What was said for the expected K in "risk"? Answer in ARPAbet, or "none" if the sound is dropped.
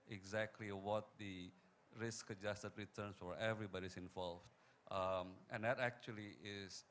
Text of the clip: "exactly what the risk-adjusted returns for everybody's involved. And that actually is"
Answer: K